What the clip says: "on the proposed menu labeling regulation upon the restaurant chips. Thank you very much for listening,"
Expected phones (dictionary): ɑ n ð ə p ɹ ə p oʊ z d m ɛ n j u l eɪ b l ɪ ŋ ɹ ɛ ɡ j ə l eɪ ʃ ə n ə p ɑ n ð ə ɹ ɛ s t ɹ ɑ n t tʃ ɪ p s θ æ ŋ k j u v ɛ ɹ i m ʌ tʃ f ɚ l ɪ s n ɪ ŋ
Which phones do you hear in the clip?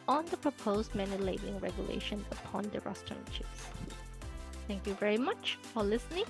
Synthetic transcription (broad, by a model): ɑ n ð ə p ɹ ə p oʊ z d m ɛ n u l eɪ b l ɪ ŋ ɹ ɛ ɡ j ə l eɪ ʃ ə n ə p ɑ n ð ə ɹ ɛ s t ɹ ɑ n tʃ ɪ s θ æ ŋ k j u v ɛ ɹ i m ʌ tʃ f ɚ l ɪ s n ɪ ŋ